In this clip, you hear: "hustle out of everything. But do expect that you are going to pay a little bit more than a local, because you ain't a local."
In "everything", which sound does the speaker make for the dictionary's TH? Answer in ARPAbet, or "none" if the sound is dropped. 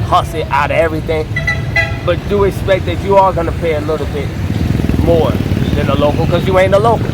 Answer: TH